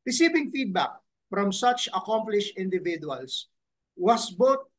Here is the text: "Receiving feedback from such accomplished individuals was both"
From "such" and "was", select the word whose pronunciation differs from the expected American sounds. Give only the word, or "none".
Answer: was